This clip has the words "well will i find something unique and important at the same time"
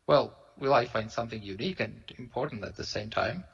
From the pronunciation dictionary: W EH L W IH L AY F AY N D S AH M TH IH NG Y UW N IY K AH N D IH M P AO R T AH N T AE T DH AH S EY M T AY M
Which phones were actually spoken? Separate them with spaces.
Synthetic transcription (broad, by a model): W EH L W IH L AY F AY N D S AH M TH IH NG Y UW N IY K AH N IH M P AO R T N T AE T DH AH S EY M T AY M